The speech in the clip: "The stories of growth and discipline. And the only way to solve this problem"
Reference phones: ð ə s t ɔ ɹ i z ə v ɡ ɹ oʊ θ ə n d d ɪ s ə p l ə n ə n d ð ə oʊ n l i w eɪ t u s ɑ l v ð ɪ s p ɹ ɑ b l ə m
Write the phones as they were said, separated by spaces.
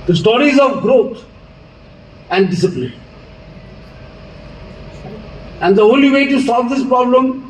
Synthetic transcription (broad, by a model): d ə s t ɔ ɹ i z ə v ɡ ɹ oʊ t ə n d d ɪ s ə p l ə n ə n d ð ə oʊ l i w eɪ t u s ɑ l v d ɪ s p ɹ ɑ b l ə m